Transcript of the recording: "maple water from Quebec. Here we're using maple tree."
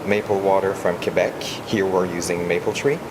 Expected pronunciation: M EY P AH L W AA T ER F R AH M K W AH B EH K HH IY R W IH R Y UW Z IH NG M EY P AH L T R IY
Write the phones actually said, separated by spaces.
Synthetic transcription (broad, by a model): M EY P L W AA T ER F R AH M K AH B EH K HH IY R W IH R Y UW Z IH NG M EY P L T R IY